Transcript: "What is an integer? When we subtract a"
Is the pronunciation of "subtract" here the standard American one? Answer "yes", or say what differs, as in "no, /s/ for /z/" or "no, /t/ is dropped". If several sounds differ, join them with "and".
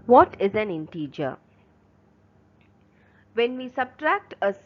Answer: yes